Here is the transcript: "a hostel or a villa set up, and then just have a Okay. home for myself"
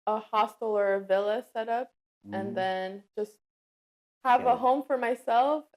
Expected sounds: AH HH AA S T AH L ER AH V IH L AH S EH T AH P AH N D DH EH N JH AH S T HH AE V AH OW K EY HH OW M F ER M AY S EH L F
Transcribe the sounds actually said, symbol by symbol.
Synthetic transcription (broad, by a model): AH HH AA S T L ER AH V IH L AH S EH T AH P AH N DH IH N JH AH S T HH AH V AH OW HH OW M F ER M AY S EH L F